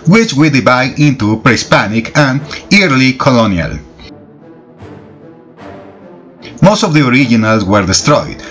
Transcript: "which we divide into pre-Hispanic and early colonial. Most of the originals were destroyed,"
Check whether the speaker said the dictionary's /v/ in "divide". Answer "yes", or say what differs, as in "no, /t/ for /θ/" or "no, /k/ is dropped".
no, /b/ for /v/